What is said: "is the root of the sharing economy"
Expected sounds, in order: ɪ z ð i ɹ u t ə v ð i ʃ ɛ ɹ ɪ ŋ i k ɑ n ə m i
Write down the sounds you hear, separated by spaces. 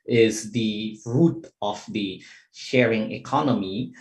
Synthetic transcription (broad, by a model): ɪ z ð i ɹ u t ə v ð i ʃ ɛ ɹ ɪ ŋ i k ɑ n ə m i